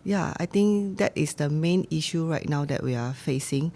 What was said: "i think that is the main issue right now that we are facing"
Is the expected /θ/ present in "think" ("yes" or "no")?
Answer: no